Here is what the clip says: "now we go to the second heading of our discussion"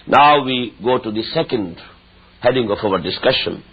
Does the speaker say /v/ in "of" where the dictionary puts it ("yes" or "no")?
no